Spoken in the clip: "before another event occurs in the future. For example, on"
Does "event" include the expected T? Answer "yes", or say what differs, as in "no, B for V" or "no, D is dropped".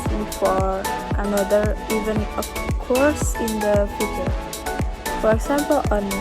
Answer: no, T is dropped